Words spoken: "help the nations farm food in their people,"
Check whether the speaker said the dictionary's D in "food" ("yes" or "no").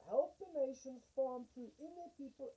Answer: no